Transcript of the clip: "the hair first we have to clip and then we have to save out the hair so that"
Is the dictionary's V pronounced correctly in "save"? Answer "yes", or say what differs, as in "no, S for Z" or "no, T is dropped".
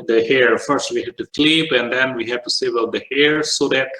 no, B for V